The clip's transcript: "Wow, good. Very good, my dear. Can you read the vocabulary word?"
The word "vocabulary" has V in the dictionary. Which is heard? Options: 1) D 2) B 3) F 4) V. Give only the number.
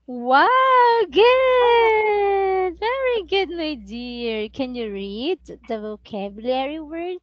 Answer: 4